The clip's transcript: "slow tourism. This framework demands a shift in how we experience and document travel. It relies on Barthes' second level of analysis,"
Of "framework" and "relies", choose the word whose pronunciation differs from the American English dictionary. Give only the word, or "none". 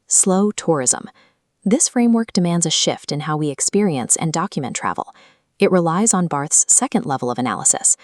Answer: none